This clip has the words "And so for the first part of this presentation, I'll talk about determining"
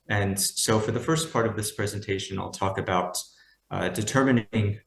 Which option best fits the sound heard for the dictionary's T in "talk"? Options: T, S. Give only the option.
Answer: T